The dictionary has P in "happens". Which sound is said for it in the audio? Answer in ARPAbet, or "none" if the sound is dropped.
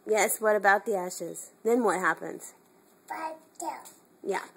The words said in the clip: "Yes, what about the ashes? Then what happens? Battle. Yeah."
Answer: P